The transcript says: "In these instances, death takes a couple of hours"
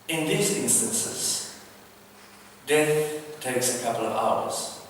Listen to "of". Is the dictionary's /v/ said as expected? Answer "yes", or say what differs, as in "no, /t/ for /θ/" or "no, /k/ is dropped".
yes